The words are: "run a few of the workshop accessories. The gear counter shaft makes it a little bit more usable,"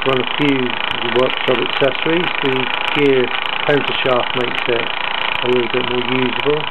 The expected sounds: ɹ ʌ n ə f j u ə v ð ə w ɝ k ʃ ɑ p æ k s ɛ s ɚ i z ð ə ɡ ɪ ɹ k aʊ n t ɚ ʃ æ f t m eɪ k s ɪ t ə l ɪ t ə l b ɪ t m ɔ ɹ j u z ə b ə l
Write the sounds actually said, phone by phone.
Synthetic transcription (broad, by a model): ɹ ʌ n ə f j u w ɝ k s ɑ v æ k s ɛ s ɚ i z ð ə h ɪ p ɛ n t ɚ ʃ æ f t m eɪ k s ɪ t ə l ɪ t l b ɪ t m ɔ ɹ j u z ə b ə l